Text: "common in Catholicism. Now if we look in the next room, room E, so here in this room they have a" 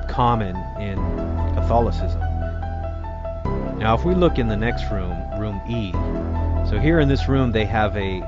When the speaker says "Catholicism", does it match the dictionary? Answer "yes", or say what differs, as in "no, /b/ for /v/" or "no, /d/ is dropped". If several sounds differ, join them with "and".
yes